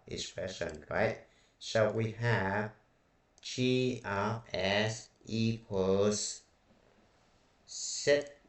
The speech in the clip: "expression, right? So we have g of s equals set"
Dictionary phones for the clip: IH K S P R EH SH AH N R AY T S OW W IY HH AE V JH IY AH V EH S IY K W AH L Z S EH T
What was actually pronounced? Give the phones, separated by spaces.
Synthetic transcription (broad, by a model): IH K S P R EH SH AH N R AY T SH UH W IY HH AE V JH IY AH EH S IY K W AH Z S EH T